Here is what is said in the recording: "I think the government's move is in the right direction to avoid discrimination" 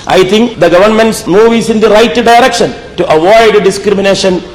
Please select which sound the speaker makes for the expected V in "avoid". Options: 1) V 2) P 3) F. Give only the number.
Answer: 1